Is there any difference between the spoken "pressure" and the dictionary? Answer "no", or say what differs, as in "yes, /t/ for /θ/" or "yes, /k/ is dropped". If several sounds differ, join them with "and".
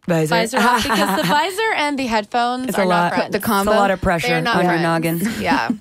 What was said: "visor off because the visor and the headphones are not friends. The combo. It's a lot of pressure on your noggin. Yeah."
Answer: no